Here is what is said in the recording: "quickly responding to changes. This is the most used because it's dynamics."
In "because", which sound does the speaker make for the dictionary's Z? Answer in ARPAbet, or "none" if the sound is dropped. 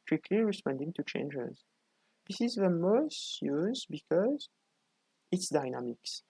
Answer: Z